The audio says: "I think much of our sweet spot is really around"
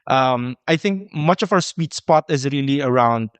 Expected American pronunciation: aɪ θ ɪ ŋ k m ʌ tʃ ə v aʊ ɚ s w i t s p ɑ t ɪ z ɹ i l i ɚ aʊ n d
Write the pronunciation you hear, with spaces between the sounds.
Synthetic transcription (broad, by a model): aɪ θ ɪ ŋ k m ʌ tʃ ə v aʊ ɚ s w i t s p ɑ t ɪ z ɹ i l i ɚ aʊ n d